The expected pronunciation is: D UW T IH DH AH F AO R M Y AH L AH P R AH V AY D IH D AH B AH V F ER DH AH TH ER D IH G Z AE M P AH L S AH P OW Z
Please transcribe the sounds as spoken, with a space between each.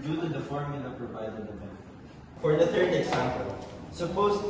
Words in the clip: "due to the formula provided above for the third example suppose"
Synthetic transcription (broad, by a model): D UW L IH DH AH F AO R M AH N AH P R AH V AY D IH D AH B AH F ER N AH TH ER D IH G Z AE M P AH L S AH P OW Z